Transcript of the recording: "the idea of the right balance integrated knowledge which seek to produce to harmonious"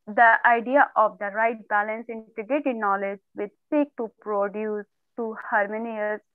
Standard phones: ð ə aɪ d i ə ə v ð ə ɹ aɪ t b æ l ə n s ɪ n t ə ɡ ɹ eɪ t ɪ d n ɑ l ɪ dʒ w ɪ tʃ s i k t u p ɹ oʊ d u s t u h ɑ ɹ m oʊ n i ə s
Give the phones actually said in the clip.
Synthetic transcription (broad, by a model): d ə aɪ d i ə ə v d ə ɹ aɪ t b æ l ə n s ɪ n t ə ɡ eɪ t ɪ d n ɑ l ɪ dʒ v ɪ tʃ s i k t u p ɹ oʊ d u s t u h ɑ ɹ m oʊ n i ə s